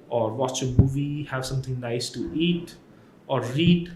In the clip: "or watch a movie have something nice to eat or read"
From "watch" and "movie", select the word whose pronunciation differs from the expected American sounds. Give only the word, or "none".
none